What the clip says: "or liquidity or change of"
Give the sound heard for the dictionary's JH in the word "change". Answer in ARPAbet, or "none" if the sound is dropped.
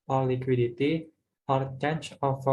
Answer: CH